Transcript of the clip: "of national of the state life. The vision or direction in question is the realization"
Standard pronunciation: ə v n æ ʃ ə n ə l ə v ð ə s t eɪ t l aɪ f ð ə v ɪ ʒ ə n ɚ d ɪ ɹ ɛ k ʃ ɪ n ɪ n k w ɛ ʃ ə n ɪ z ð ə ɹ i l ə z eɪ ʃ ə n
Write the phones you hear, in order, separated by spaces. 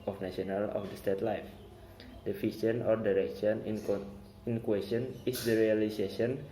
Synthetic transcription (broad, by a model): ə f n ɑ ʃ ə n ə l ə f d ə s t eɪ t l aɪ f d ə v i ʃ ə n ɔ d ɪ ɹ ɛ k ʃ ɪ n ɪ n k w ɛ s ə n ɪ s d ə ɹ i l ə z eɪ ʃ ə n